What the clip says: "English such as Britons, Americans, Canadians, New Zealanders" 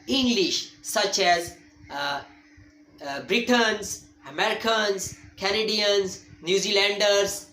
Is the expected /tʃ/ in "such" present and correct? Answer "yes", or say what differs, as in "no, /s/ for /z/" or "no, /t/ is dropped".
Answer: yes